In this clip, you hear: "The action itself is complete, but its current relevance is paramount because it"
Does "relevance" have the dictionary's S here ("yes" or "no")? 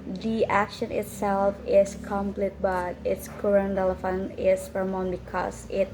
no